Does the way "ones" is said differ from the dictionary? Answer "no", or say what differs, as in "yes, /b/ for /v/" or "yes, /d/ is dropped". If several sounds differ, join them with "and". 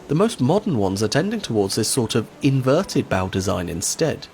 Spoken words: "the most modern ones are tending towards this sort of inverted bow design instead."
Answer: no